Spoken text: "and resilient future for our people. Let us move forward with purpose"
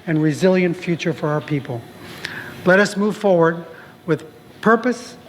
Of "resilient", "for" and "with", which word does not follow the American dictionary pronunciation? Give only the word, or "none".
none